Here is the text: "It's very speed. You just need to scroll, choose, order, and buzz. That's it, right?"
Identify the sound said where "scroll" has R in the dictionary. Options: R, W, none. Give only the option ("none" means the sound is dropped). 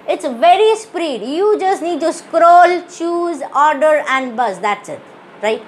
R